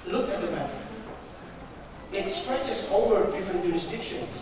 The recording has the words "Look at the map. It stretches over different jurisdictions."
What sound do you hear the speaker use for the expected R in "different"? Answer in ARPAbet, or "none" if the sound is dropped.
none